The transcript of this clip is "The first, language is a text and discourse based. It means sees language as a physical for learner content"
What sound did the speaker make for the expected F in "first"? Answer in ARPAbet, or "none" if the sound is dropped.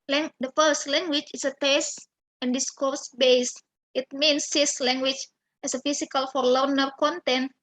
F